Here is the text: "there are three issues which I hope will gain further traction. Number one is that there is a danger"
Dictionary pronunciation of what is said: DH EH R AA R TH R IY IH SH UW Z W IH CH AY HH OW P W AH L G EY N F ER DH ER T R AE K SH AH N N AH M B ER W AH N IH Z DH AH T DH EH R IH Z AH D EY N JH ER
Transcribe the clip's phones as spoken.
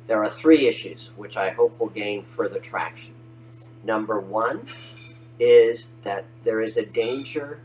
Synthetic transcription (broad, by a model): DH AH R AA R TH R IY IH SH UW Z W IH CH AY HH OW P W AH L G EY N F ER DH ER T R AE K SH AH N N AH M B ER W AH N IH Z DH AH T DH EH R IH Z AH D EY N JH ER